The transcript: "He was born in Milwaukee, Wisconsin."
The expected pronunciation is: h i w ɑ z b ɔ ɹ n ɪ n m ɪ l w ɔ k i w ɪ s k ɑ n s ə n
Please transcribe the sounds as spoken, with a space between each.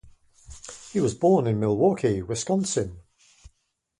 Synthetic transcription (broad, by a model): h i w ɑ z b ɔ n ɪ n m ɪ l w ɔ k i w ɪ s k ɑ n s ə n